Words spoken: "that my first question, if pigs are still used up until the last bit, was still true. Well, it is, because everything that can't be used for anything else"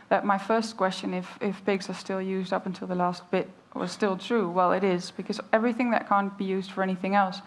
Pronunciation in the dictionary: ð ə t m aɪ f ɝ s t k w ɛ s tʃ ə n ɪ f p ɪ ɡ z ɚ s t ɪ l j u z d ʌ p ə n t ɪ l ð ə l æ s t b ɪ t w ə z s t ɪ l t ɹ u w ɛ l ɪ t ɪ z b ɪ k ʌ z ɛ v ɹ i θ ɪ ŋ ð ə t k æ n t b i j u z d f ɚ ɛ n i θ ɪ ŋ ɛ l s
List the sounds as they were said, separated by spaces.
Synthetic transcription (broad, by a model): ð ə t m aɪ f ɝ s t k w ɛ s tʃ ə n ɪ f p ɪ ɡ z ɚ s t ɪ l j u z d ʌ p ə n t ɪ l ð ə l æ s t b ɪ t w ə z s t ɪ l t ɹ u w ɛ l ɪ t ɪ z b ɪ k ʌ z ɛ v ɹ i θ ɪ ŋ ð ə t k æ n b i j u z d f ɚ ɛ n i θ ɪ ŋ ɛ l s